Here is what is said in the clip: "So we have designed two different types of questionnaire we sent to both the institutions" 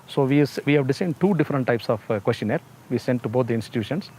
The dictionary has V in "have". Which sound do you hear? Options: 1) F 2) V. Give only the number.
2